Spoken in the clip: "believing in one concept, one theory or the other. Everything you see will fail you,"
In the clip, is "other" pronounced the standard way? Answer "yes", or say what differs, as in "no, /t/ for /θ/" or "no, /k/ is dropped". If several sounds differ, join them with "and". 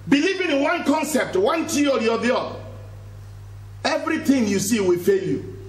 no, /ð/ is dropped